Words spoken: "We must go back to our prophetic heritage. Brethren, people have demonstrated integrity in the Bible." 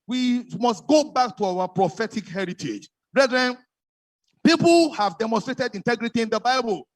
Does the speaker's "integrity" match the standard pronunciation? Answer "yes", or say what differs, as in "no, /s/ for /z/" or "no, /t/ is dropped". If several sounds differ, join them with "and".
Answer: yes